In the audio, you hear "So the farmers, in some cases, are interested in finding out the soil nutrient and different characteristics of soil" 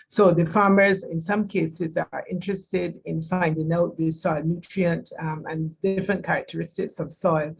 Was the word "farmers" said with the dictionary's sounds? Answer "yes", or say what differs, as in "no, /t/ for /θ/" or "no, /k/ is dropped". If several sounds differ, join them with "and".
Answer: yes